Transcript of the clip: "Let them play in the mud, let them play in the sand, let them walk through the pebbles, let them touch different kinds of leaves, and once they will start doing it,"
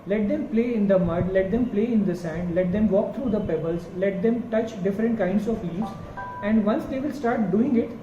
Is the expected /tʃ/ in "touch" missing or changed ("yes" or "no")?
no